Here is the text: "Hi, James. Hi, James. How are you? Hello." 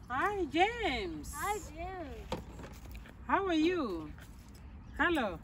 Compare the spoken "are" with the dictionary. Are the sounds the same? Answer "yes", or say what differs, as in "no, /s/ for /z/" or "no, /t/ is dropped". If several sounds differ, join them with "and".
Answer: yes